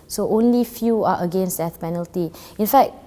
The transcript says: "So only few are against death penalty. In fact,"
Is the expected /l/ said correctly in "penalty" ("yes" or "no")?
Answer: yes